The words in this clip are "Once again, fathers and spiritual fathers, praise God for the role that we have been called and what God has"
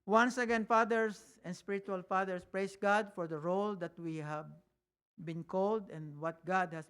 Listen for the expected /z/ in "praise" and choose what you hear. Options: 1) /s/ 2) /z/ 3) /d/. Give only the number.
1